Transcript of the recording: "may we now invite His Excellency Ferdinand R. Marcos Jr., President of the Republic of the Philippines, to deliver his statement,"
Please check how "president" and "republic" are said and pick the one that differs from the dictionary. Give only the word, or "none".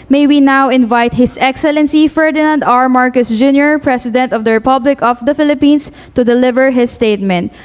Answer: president